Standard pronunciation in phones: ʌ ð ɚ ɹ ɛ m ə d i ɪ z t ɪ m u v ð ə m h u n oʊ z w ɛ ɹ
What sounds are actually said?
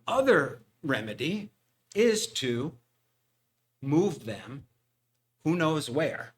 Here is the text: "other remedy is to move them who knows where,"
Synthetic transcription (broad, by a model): ʌ ð ɚ ɹ ɛ m ə d i ɪ z t ɪ m u v ð ə m h u n oʊ z w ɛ ɹ